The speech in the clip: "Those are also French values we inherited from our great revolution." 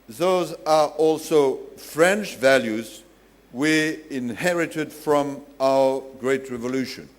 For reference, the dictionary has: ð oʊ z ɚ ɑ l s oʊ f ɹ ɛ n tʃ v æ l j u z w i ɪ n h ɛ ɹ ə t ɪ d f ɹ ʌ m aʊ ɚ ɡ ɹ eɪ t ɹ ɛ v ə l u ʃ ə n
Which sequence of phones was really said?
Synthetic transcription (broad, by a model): ð oʊ z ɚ ɑ l s oʊ f ɹ ɛ n tʃ v æ l j u z w i ɪ n h ɛ ɹ ə t ɪ d f ɹ ʌ m aʊ ɚ ɡ ɹ eɪ t ɹ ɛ v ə l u ʃ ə n